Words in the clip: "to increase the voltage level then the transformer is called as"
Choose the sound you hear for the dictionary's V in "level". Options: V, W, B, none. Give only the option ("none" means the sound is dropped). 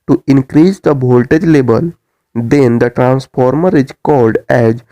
B